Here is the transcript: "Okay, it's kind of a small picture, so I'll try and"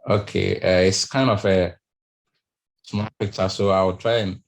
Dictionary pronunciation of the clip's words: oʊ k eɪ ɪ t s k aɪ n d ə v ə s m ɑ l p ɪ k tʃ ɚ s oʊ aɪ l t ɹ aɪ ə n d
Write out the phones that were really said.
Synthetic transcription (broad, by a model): oʊ k eɪ ɪ t s k aɪ n d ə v ə s m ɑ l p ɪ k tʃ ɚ s oʊ aɪ w t ɹ aɪ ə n